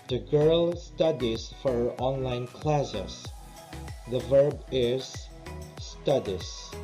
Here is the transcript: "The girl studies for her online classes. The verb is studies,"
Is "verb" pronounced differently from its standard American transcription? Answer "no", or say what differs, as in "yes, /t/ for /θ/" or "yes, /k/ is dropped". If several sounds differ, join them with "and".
no